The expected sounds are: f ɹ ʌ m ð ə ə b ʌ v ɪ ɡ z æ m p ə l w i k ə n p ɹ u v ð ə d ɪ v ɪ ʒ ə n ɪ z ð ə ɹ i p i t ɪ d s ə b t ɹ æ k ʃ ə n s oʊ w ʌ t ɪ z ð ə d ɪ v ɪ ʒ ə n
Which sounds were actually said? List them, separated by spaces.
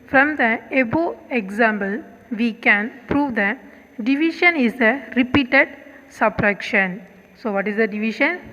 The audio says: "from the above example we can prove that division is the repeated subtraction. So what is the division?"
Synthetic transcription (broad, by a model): f ɹ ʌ m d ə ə b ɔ ɪ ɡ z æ m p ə l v i k ə n p ɹ u v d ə d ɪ v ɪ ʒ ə n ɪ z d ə ɹ i p i t ɪ d s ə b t ɹ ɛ k ʃ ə n s oʊ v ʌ t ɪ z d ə d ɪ v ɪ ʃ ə n